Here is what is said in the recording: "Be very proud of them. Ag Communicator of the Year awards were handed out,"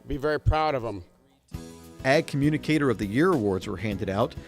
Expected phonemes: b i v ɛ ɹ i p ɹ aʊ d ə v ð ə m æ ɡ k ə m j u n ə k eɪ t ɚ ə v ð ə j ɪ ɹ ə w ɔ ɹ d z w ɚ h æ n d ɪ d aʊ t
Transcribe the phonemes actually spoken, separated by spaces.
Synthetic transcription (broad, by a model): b i v ɛ ɹ i p ɹ aʊ d ə v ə m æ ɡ k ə m j u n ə k eɪ t ɚ ə v ð ə j ɪ ɹ ə w ɔ ɹ d z w ɚ h æ n d ɪ d aʊ t